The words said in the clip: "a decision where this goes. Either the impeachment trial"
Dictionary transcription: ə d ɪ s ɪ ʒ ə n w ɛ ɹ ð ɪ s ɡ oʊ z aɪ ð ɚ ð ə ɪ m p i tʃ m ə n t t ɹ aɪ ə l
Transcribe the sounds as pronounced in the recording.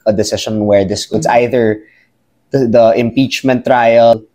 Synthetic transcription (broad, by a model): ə d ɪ s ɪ ʃ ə n w ɛ ɹ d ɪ s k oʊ s aɪ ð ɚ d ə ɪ m p i tʃ m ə n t t ɹ aɪ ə l